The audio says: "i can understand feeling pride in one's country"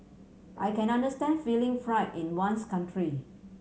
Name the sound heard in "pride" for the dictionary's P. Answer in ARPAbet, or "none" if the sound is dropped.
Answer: F